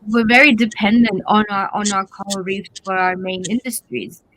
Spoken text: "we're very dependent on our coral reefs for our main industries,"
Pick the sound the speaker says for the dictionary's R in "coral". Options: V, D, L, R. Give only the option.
L